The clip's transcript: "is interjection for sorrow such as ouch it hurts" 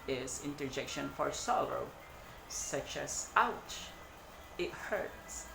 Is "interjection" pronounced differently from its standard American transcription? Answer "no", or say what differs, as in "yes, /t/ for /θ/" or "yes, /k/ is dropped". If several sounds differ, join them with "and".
no